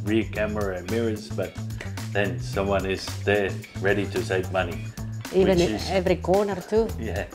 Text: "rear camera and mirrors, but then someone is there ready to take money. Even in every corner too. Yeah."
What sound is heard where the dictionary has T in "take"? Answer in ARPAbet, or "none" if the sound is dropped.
S